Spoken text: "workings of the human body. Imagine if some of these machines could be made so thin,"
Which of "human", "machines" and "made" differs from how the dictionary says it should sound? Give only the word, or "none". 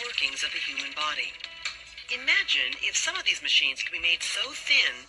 none